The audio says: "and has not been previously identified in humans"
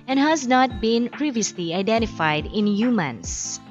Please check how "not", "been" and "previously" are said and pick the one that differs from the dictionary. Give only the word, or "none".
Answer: none